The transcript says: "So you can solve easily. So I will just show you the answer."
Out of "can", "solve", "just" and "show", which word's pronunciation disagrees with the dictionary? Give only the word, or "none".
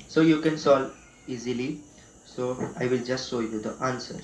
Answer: solve